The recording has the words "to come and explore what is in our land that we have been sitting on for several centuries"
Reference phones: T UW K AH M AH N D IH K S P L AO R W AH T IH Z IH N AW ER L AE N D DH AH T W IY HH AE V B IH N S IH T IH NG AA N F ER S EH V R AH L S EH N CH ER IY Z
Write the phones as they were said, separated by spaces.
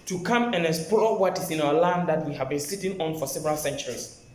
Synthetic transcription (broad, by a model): T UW K AH M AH N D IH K S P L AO W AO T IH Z IH N AW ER L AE N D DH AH T W IY HH AE V B IH N S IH T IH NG AA N F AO S EH V R AH L S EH N CH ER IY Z